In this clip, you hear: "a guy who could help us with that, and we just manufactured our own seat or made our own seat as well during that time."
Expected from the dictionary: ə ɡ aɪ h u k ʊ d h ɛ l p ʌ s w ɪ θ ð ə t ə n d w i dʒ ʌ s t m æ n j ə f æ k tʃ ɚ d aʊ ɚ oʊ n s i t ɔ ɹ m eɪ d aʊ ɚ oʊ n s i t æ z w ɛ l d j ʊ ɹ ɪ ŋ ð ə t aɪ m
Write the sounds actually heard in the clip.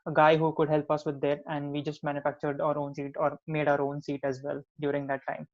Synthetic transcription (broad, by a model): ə ɡ aɪ h u k ʊ d h ɛ l p ʌ s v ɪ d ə t ə n d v i dʒ ʌ s t m æ n j ə f æ k tʃ ɚ d aʊ ɚ oʊ n s i t ɔ ɹ m eɪ d aʊ ɚ oʊ n s i t æ z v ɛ l d j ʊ ɹ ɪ ŋ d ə t aɪ m